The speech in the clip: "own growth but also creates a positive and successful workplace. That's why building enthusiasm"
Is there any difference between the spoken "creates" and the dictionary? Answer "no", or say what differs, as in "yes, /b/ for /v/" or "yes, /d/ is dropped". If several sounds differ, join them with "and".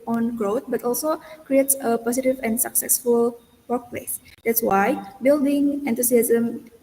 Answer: no